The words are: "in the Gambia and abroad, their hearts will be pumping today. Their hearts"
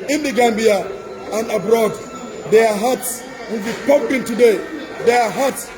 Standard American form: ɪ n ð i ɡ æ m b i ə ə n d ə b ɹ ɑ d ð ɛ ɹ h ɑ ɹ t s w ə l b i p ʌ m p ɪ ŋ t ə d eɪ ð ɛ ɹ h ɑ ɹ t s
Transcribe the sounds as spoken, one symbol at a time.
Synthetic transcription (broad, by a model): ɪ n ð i ɡ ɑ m b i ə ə n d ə b ɹ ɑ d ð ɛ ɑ h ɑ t s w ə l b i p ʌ p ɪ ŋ t ə d eɪ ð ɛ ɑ h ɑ t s